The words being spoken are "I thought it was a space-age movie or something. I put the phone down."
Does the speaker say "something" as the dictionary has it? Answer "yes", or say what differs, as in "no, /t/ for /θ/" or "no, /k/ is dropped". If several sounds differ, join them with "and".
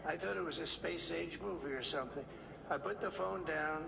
yes